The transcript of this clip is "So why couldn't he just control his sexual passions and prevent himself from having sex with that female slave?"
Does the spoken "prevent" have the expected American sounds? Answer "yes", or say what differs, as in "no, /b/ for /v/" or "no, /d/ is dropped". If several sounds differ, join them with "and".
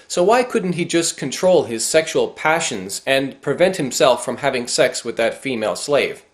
yes